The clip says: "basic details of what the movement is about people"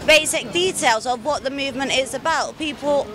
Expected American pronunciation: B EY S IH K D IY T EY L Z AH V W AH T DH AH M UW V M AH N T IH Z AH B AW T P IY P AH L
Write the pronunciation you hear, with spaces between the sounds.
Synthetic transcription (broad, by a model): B EY S IH K D IY T EY L Z AH V W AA T DH AH M UW V M AH N T IH Z AH B AW T P IY P AH L